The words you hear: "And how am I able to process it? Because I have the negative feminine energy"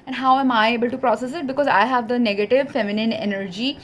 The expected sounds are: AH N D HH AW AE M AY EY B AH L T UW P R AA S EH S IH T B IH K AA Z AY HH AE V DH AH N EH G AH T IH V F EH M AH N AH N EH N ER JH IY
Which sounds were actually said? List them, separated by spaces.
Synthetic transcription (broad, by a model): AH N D HH AW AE M AY EY B AH L T UW P R AA S EH S IH T B IH K AA Z AY HH AE V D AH N EH G AH T IH V F EH M AH N AH N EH N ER JH IY